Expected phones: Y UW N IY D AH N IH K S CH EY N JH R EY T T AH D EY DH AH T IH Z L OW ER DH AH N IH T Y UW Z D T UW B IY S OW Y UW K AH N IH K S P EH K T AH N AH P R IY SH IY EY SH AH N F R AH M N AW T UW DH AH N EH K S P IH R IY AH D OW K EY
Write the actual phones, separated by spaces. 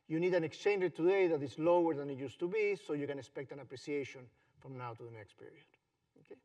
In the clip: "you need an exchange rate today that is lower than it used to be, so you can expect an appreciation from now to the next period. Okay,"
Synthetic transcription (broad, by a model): Y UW N IY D AH N IH K S CH EY N JH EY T T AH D EY DH AH T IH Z L OW ER DH AH N IH T Y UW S T UW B IY S OW Y UW K AH N IH K S P EH K T AH N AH P R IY S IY EY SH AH N F R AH M N AW T UW DH AH N EH K S P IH R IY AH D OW K EY